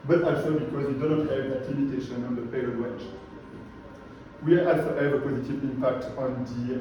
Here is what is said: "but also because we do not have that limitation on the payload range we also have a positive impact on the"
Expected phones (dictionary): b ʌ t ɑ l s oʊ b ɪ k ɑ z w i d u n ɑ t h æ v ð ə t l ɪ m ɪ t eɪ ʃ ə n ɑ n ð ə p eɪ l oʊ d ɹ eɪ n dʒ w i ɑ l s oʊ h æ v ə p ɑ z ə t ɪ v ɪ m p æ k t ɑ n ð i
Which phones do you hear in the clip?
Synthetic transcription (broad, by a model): b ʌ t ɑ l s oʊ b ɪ k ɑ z w i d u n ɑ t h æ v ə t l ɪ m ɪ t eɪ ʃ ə n ɑ n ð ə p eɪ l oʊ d w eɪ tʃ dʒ w i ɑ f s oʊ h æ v ə p ɑ z ə t ɪ v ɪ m p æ k t ɑ n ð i